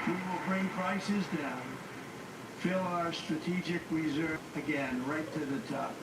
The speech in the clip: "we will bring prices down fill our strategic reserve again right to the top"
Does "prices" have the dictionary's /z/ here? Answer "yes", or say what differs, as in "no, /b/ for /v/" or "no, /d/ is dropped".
yes